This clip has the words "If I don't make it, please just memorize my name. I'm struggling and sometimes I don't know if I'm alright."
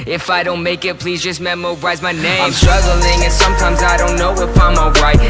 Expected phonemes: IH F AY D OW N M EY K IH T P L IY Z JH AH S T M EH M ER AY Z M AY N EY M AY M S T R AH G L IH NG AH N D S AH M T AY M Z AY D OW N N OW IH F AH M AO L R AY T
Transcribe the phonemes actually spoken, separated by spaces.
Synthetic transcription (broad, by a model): IH F AY D OW N M EY K IH T P L IY Z JH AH S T M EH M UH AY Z M AY N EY AY M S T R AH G L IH NG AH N S AH M T AY M Z AY D OW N N OW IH P AH M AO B R AY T